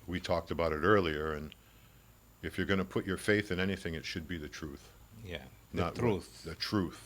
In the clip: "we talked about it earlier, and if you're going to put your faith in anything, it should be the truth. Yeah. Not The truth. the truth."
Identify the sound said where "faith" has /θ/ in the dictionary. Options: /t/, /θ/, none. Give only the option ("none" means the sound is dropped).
/θ/